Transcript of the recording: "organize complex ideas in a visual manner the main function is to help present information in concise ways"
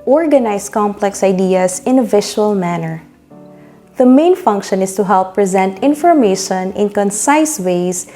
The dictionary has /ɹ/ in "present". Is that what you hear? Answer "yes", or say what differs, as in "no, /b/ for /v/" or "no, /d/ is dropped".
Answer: yes